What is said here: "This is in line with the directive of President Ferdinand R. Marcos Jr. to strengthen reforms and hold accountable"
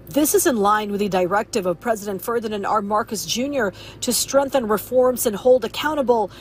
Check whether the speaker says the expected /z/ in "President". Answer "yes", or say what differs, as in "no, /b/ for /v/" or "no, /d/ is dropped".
yes